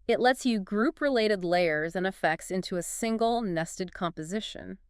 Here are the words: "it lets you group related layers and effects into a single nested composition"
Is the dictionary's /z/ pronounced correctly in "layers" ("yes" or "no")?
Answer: yes